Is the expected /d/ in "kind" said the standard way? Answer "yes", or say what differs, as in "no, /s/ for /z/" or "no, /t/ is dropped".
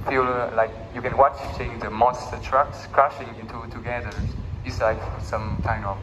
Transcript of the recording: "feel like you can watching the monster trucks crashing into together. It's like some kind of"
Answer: no, /d/ is dropped